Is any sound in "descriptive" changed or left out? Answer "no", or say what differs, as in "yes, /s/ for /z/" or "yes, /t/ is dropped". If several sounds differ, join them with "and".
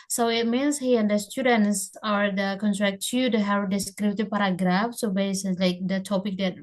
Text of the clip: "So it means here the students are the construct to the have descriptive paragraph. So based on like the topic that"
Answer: yes, /b/ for /p/